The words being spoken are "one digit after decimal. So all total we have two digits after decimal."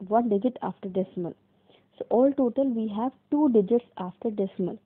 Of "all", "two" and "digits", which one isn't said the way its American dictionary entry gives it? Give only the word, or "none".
none